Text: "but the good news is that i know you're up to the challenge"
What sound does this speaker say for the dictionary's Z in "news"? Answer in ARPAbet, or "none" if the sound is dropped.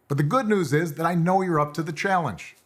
Z